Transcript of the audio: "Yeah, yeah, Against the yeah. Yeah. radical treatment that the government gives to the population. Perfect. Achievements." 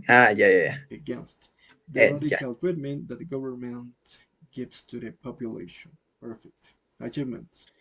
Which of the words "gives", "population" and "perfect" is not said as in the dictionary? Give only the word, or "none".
gives